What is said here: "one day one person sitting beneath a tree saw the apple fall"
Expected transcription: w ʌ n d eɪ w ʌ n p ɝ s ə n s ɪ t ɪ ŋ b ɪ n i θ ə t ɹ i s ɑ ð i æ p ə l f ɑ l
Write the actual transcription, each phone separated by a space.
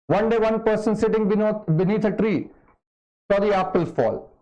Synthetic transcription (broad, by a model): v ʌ n d eɪ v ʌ n p ɝ s ə n s ɪ t ɪ ŋ b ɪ n i t ə t ɹ i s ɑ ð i æ p ə l f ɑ l